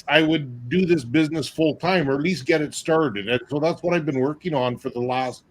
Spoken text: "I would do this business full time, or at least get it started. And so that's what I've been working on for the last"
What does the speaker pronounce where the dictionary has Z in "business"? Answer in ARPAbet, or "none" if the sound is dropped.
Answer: Z